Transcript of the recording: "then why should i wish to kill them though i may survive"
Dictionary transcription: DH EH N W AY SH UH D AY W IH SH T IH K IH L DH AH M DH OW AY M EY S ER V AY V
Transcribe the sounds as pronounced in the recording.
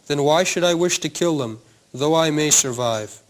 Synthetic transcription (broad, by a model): DH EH N W AY SH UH D AY W IH SH T IH K IH L DH AH M DH OW AY M EY S ER V AY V